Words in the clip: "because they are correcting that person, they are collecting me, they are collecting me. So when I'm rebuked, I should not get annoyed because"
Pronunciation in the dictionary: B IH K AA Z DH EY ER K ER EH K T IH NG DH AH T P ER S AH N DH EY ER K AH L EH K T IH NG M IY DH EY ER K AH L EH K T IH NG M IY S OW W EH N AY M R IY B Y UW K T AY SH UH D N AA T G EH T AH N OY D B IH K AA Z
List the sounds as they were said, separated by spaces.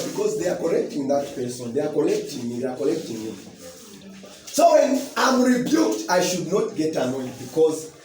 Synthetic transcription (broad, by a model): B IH K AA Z DH EY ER K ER EH K T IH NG DH AH T P ER S AH N DH EY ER K AH L EH K T IH NG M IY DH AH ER K AH L EH K T IH NG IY S OW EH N AY M R IY B Y UW K T AY SH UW D N AA T G EH T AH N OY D B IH K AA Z